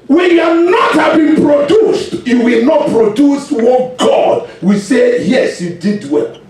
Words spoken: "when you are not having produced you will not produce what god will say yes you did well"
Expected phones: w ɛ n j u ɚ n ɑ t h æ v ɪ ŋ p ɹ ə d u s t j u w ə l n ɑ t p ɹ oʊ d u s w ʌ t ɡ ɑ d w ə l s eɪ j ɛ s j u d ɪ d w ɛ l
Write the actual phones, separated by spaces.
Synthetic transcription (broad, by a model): w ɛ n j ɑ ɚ n ɑ t h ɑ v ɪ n p ɹ ə d u s t j u w ə l n ɑ t p ɹ oʊ d u s w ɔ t ɡ ɑ d w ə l s eɪ j ɛ s j u d ɪ d w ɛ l